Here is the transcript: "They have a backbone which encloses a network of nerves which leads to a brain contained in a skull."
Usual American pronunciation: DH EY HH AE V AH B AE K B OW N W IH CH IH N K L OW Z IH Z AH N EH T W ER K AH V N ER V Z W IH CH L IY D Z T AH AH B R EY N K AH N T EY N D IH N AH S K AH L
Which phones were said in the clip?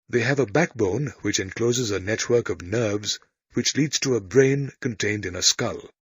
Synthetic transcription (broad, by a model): DH EY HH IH V AH B AE K B OW N W IH CH IH N K L OW Z IH Z AH N EH T W ER K AH V N ER V Z W IH CH L IY D Z T AH AH B R EY N K AH N T EY N D IH N AH S K AH L